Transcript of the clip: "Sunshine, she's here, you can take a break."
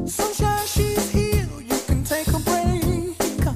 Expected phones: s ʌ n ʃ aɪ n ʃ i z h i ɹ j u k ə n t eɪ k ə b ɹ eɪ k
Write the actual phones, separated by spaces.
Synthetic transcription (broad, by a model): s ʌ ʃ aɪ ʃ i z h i l j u k ə n t eɪ k ə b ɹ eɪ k